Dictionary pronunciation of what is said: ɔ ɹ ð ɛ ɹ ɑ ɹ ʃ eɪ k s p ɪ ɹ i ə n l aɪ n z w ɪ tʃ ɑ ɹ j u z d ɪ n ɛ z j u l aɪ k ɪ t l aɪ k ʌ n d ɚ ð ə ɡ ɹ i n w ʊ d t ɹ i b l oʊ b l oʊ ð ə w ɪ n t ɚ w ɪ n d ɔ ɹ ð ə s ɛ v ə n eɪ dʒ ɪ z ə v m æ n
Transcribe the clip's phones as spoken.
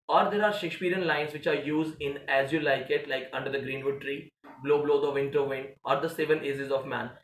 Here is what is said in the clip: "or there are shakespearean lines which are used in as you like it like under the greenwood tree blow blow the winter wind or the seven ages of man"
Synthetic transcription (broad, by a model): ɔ ɹ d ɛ ɹ ɑ ɹ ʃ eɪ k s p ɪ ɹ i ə n l aɪ n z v ɪ tʃ ɑ ɹ j u z d ɪ n ɛ z j u l aɪ k ɪ t l aɪ k ʌ n d ɚ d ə ɡ ɹ i n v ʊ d t ɹ i b l oʊ b l oʊ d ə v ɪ n t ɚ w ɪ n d ɔ ɹ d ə s ɛ v ə n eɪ z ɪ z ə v m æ n